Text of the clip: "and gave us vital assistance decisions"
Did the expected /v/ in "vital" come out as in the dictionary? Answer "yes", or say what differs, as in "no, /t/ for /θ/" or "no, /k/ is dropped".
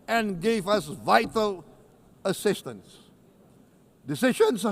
yes